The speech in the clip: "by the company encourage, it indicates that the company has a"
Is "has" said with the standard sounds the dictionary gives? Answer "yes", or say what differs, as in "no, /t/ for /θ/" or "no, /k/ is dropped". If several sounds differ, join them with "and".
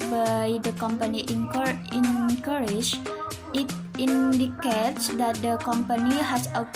no, /s/ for /z/